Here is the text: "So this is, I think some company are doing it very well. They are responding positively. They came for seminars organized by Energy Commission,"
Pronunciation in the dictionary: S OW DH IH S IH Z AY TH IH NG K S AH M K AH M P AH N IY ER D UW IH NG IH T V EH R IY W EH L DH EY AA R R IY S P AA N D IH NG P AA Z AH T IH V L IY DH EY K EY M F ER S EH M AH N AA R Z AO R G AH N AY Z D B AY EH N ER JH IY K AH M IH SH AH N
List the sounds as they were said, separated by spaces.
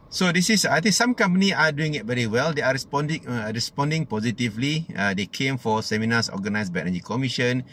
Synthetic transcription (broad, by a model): S OW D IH S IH S AY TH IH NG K S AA M K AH M P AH N IY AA D UW IH NG IH T V EH R IY W EH L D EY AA R R IY S P AA N D IH NG P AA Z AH T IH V L IY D EY K EY M F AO S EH M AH N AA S AO G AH N AY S B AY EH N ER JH IY K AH M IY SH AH N